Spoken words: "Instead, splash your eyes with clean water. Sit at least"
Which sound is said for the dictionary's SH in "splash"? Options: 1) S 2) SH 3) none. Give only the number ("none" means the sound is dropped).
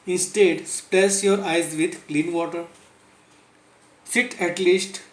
1